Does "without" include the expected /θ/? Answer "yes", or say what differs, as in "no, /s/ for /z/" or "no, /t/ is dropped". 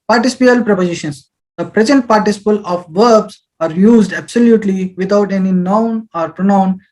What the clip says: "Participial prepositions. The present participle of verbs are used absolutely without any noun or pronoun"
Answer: no, /t/ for /θ/